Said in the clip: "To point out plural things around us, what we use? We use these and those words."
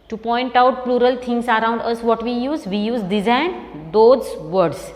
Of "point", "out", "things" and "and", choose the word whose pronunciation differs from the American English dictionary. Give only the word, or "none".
things